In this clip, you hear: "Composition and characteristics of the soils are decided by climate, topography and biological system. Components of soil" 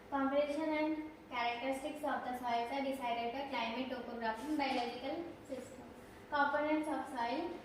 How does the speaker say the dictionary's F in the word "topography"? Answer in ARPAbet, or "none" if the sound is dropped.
P